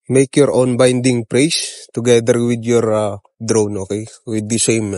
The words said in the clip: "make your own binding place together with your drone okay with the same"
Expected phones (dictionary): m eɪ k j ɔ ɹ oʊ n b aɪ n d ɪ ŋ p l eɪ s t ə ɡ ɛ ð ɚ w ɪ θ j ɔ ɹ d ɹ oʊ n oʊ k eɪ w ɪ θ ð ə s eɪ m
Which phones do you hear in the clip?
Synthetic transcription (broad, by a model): m eɪ k j ɔ ɹ oʊ n b aɪ n d ɪ ŋ p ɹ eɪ s t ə ɡ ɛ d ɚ w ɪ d j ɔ ɹ d ɹ oʊ n oʊ k eɪ w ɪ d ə s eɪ m